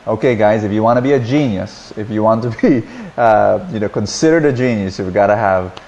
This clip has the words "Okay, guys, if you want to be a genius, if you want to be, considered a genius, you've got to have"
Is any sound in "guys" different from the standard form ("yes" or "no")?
no